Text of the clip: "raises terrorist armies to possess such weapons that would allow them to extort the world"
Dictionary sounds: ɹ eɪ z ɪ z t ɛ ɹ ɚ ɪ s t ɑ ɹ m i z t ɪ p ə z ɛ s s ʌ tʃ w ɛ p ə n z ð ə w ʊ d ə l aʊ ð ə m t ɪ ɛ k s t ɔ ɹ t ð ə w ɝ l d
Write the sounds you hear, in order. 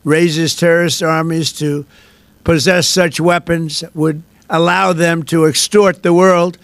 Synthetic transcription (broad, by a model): ɹ eɪ z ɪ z t ɛ ɹ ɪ s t ɑ ɹ m i z t ɪ p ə z ɛ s s ʌ tʃ w ɛ p ə n z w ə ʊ d ə l aʊ ð ə m t ɪ ɛ k s t ɔ ɹ t ð ə w ɝ l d